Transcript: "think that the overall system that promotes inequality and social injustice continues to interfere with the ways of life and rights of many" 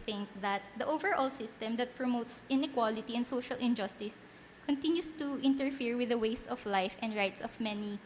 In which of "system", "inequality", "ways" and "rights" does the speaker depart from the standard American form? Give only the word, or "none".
ways